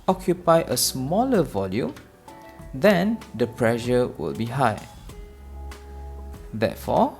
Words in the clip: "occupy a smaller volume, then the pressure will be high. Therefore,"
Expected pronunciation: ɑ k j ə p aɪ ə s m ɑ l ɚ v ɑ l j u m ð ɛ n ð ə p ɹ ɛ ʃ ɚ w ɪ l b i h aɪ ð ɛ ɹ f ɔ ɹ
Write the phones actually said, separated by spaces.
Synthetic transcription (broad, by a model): ɑ k j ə p aɪ ə s m ɑ l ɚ v ɑ l j u m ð ɛ n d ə p ɹ ɛ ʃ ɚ w ɪ l b i h aɪ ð ɛ f ɔ